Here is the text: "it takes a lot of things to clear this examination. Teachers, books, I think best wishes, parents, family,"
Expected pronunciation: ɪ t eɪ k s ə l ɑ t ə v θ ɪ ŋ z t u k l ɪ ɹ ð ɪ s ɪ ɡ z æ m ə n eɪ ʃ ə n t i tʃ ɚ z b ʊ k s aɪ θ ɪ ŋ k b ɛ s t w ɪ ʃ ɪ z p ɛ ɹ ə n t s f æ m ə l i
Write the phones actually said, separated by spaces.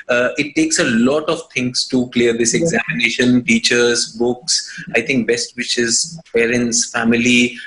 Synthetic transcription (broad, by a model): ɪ t eɪ k s ə l ɑ t ə v t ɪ ŋ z t u k l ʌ ɹ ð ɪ s ɪ ɡ z æ m ə n eɪ ʃ ə n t i tʃ ɚ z b ʊ k s aɪ t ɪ ŋ k b ɛ s t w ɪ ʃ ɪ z p ɛ ɹ ə n t s f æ m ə l i